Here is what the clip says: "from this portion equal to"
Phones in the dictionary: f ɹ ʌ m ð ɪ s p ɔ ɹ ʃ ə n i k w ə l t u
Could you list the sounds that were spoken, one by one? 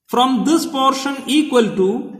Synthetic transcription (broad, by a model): f ɹ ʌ m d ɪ s p ɔ ɹ ʃ ə n i k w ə l t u